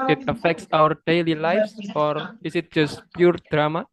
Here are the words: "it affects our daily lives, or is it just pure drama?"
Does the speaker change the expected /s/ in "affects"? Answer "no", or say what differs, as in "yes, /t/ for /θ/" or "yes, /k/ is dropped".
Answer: no